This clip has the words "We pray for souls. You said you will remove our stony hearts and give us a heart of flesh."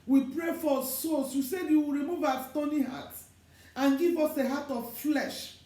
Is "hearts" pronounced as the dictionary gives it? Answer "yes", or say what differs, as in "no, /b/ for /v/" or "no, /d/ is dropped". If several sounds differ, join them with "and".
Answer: no, /s/ is dropped